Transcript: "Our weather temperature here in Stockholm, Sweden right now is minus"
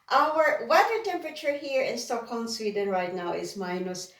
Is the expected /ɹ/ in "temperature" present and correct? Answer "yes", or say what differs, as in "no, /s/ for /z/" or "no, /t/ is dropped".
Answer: yes